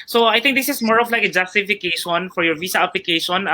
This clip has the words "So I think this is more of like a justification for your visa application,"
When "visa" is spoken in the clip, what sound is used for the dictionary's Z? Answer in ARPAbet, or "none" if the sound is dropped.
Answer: S